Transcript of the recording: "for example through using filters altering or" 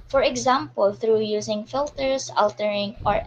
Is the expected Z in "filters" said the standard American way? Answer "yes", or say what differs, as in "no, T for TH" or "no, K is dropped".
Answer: no, S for Z